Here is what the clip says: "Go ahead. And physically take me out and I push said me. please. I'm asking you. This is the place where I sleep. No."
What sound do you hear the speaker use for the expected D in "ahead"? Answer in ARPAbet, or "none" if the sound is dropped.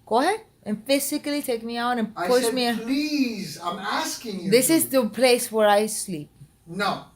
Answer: none